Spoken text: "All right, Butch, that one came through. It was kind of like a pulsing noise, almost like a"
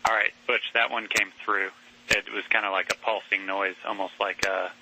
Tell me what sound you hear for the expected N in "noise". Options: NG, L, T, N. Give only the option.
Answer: N